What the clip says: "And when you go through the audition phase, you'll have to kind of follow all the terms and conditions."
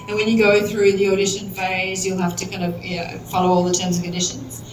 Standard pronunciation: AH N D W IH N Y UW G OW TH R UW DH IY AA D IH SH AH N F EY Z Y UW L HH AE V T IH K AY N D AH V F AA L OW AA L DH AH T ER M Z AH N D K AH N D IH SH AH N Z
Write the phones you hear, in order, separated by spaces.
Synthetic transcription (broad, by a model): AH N W IH N Y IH G OW TH R UW DH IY AA D IH SH AH N F EY Z Y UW L HH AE F T IH K AY N D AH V F AA L OW AA L DH AH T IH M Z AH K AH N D IH SH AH N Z